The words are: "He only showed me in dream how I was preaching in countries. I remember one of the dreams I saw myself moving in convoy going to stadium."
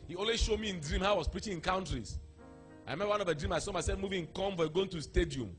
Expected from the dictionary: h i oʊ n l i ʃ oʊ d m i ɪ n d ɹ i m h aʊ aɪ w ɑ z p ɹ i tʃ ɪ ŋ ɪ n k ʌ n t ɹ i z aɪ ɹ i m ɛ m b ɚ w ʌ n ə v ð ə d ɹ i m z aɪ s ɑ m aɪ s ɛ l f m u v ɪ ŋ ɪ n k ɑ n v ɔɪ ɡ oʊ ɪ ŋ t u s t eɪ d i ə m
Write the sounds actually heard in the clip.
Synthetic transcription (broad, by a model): h i oʊ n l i ʃ oʊ d m i ɪ n d ɹ i m h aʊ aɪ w ɑ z p ɹ i tʃ ɪ ŋ ɪ n k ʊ n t ɹ i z aɪ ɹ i m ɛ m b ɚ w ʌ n ə v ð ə d ɹ i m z aɪ s ɑ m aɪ s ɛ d m u v ɪ ŋ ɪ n k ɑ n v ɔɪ ɡ oʊ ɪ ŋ t u s t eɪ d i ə m